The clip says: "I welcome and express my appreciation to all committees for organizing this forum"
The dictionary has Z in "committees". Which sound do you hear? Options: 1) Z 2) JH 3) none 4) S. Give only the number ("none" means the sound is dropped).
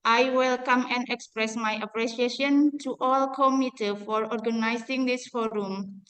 3